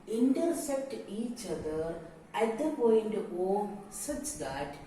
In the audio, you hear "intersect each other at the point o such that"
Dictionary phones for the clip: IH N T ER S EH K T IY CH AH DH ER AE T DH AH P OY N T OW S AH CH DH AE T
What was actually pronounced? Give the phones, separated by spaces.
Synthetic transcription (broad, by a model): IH N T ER S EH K T IY CH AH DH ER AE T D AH P OY N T OW S AH CH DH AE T